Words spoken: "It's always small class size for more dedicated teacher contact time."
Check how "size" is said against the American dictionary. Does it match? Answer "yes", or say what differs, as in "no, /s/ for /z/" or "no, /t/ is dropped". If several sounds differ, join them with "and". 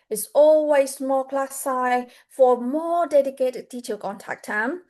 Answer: no, /z/ is dropped